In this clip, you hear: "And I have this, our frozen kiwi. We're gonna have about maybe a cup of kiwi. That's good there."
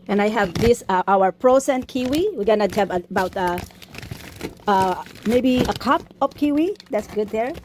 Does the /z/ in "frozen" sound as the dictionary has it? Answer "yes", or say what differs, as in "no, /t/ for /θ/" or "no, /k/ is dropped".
no, /s/ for /z/